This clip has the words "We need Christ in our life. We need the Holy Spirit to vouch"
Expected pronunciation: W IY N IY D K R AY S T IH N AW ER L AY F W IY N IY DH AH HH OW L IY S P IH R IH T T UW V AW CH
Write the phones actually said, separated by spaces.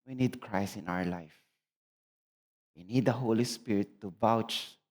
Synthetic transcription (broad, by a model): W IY N IY D K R AY S IH N AW ER L AY F W IY N IY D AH HH OW L IY S P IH R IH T T UW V AW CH